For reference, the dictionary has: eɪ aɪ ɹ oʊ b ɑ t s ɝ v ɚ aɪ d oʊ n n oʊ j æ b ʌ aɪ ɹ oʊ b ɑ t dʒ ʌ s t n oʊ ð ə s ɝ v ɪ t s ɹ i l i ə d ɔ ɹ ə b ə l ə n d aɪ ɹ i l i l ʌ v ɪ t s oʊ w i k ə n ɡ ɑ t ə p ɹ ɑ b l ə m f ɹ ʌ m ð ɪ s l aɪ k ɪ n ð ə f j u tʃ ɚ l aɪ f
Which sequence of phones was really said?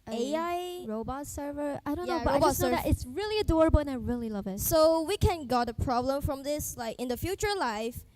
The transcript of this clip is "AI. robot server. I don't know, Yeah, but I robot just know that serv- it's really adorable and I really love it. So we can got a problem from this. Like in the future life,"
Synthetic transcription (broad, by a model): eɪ aɪ ɹ oʊ b ɑ t s ɝ v ɚ aɪ d oʊ n n oʊ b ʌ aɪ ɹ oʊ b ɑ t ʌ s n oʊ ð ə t ɪ t s ɹ i l i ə d ɔ ɹ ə b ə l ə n aɪ ɹ i l i l ʌ v ɪ t s oʊ w i k ə n ɡ ɑ t ə p ɹ ɑ b l ə m f ɹ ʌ m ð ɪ s l aɪ k ɪ n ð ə f j u tʃ ɚ l aɪ f